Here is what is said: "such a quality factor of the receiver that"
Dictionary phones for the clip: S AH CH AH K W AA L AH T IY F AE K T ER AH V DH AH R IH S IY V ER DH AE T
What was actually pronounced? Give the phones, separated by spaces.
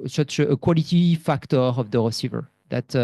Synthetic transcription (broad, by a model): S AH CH AH K W AA L AH T IY F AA K T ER AH V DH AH R IH S IY V ER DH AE T